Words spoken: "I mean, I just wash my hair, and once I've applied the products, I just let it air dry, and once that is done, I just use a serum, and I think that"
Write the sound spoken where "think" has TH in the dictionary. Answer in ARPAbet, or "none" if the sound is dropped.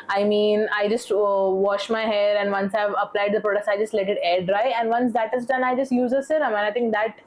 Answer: T